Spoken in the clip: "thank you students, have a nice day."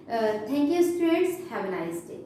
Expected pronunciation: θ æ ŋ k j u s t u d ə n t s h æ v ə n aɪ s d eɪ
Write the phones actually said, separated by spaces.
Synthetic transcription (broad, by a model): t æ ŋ k j u s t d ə t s h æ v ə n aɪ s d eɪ